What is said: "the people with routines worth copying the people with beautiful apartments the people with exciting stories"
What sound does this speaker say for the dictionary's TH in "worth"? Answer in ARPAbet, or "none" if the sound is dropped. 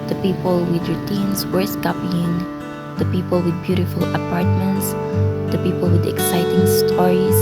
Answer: S